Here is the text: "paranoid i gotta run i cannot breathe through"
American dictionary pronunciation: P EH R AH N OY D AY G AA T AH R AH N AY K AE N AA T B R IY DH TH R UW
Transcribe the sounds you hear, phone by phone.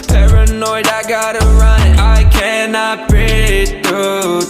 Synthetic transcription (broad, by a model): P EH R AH N OY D AY G AA T AH R AH N AY K AE N AA T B IY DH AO